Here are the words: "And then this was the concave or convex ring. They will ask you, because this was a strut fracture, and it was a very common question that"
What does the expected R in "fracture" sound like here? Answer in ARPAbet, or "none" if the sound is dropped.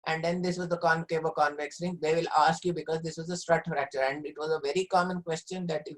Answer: R